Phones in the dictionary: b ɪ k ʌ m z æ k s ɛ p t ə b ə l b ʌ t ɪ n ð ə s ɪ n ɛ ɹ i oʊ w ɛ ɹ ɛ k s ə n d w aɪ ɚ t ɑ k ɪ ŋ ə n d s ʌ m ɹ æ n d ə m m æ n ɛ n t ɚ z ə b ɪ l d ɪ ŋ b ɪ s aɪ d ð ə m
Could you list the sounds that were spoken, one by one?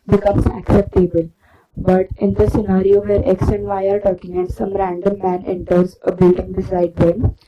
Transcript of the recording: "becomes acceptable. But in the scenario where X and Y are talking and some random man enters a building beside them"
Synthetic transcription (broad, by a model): b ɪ k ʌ m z æ k s ɛ p t ə b ə l b ʌ t ɪ n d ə s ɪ n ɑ ɹ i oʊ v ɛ ɹ ɛ k s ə n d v aɪ ɚ t ɑ k ɪ ŋ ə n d s ʌ m ɹ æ n d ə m m æ n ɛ n t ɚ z ə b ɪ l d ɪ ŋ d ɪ s aɪ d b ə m